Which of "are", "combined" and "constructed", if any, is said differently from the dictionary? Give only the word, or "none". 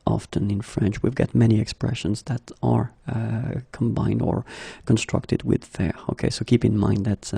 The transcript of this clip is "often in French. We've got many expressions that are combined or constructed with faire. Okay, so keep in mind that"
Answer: none